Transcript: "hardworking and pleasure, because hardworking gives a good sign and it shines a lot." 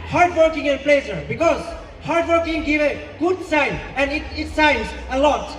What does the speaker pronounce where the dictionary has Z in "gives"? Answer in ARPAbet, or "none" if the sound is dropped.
none